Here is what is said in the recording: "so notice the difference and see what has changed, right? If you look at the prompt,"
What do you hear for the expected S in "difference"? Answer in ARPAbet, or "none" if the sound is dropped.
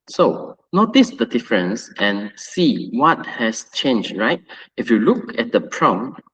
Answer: S